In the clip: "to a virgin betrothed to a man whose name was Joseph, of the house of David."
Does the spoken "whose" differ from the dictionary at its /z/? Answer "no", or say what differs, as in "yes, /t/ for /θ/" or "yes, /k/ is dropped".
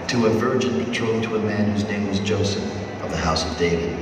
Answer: no